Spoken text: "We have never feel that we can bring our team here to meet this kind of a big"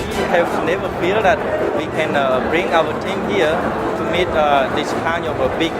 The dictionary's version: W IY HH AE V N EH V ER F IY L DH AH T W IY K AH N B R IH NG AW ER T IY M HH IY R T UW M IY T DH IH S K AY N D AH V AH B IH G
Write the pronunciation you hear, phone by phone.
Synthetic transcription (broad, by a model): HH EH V N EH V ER F IY L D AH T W IY K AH N B R IH NG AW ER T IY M HH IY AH T UW M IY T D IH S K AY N AH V AH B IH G